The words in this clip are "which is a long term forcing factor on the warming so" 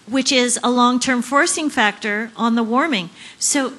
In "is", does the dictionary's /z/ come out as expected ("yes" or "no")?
yes